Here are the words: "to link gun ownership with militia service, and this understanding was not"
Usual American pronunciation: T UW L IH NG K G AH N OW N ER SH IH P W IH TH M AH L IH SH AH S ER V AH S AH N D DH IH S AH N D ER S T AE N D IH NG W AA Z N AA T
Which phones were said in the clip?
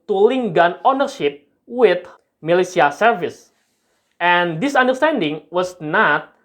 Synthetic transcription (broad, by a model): T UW L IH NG G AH N OW N ER SH IH P W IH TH M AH L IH S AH S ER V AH S AH N D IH S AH N D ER S T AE N D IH NG W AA S N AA T